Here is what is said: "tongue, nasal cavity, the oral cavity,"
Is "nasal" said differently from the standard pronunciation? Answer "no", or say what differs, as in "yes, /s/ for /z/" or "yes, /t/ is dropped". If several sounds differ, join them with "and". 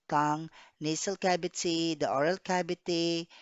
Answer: yes, /s/ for /z/